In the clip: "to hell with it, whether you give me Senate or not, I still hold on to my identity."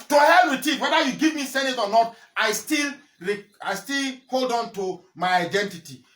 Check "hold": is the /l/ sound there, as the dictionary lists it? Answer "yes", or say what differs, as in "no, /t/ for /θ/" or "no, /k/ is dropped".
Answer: yes